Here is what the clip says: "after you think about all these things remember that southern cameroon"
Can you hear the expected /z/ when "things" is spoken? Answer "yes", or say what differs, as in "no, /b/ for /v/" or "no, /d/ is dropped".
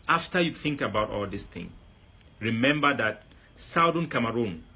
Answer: no, /z/ is dropped